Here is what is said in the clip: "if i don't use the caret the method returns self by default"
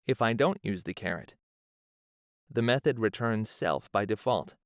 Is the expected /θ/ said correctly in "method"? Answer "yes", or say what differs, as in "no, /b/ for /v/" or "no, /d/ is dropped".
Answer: yes